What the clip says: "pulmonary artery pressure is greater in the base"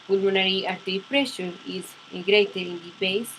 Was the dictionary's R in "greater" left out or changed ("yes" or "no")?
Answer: no